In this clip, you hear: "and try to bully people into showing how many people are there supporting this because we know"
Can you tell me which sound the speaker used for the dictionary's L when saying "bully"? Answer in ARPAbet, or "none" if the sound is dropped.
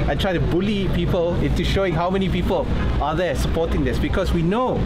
L